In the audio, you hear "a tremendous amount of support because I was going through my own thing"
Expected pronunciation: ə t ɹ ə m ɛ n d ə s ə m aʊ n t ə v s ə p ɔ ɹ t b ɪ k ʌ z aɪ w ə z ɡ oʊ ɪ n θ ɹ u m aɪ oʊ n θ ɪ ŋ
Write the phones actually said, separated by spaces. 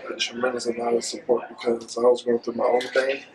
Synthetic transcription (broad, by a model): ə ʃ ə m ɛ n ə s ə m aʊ t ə s ə p ɔ ɹ t b ɪ k ʌ z aɪ w ə z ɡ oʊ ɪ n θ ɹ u m aɪ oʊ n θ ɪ